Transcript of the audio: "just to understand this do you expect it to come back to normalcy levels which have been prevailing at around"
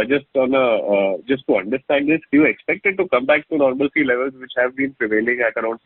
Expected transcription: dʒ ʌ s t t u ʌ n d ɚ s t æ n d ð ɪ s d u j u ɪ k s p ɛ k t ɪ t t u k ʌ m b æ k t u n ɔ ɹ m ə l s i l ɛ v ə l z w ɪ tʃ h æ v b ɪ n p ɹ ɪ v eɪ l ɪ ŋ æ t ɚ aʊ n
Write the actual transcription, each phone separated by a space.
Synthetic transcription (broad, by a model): dʒ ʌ s t t u ʌ n d ɚ s t æ n d ɪ s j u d ɪ k s p ɛ k t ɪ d t u k ʌ m b æ k t u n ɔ ɹ m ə l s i l ɛ v ə l z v ɪ tʃ h æ v b ɪ n p ɹ ɪ v eɪ l ɪ ŋ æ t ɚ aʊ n